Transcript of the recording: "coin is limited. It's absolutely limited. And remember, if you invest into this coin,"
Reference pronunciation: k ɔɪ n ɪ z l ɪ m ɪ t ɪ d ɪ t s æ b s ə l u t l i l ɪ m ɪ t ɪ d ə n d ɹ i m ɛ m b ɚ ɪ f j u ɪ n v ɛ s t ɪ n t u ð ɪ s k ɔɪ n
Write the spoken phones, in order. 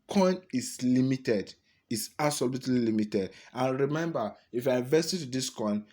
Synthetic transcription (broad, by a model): k ɔɪ n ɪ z l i m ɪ t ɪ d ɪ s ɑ s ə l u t l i l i m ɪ t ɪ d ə n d ɹ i m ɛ m b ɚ ɪ f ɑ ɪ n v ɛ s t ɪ t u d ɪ s k ɔɪ n